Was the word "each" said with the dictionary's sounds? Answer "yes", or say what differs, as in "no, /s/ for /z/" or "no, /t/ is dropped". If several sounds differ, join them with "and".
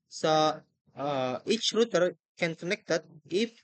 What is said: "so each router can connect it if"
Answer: yes